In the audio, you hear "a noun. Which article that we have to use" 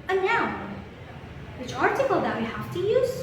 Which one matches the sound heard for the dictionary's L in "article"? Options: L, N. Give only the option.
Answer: L